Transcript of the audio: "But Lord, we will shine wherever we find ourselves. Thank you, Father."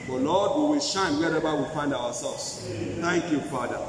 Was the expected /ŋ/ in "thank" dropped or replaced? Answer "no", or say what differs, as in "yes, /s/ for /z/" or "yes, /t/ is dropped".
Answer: no